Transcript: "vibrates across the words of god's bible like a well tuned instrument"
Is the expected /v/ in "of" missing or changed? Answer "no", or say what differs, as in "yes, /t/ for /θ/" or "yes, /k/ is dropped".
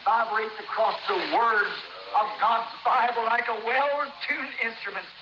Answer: no